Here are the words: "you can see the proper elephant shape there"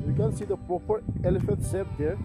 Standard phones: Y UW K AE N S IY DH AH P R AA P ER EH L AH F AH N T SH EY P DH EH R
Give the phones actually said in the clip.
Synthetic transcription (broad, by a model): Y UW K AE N S IY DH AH P R AA P ER EH L AH F AH N T S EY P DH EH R